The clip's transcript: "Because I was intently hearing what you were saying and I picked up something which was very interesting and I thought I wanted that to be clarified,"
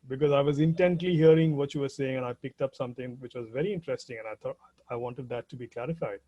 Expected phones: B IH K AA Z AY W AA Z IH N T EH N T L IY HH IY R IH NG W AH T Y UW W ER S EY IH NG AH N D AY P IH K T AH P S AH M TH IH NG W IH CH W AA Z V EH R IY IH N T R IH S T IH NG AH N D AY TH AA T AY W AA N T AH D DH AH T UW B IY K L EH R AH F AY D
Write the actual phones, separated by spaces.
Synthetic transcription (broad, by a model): B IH K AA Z AY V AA Z IH N T EH N T L IY HH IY R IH NG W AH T Y UW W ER S EY IH NG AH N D AY P IH K T AH P S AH M T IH NG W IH CH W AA Z V EH R IY IH N T R IH S T IH NG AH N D AY T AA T AY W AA N T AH D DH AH T UW B IY K L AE R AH F AY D